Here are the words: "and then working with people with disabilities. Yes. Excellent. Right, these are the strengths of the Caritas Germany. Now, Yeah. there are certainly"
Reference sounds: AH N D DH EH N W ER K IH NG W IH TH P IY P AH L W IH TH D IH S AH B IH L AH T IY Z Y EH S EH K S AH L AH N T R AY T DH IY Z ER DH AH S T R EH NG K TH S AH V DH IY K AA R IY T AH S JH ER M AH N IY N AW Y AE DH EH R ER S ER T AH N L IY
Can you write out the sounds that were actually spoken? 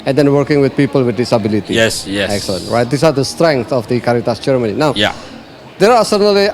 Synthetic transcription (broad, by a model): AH N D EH N W ER K IH NG W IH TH P IY P AH L W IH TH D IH S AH B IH L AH T IY S Y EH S EH K S AH L AH N T R AY T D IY S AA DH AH S T R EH NG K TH AH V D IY K AA R IY T AH S CH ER M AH N IY N AW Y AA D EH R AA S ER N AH L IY